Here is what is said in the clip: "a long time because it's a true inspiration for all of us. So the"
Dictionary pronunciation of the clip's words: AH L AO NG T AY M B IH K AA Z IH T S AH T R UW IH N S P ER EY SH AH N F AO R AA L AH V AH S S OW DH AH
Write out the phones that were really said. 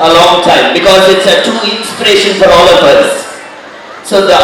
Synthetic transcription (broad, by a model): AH L AO NG T AY M B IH K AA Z IH T S AH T UW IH N S P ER EY SH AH N F AO R AA L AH P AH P S OW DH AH